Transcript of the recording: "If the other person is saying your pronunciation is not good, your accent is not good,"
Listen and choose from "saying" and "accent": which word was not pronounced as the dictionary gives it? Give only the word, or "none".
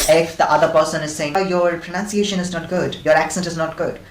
none